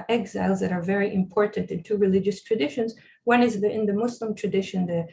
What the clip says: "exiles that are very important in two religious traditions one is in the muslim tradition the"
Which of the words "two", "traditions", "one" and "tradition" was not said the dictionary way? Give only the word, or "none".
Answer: none